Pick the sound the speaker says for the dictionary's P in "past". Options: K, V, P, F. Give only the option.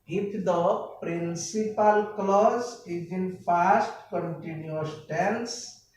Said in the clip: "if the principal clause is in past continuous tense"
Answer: F